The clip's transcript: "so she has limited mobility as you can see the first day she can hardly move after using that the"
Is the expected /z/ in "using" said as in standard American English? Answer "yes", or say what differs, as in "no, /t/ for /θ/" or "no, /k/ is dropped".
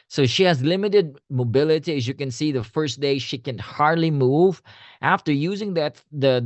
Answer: yes